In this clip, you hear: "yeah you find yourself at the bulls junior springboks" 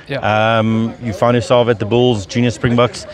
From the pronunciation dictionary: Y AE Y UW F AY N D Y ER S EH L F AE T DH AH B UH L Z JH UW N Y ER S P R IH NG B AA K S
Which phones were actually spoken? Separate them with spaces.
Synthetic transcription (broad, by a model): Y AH Y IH F AY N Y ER S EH L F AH T DH AH B UH L Z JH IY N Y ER S P R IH NG B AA K S